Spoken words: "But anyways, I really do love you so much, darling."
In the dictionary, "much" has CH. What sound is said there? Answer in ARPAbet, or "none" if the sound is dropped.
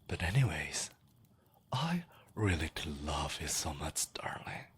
CH